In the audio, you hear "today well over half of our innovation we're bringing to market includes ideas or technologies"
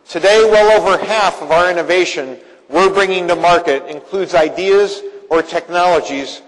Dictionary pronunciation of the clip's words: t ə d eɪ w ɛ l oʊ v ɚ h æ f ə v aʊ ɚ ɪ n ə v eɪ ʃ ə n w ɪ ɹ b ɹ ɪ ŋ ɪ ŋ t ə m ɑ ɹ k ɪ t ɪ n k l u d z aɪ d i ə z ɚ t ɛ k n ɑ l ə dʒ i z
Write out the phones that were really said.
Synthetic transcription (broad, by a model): t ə d eɪ w ɛ l oʊ v ɚ h æ f ə v aʊ ɚ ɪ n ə v eɪ ʃ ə n w ɪ ɹ b ɹ ɪ ŋ ɪ ŋ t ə m ɑ ɹ k ɪ t ɪ n k l u d z aɪ d i ə z ɚ t ɛ k n ɑ l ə dʒ i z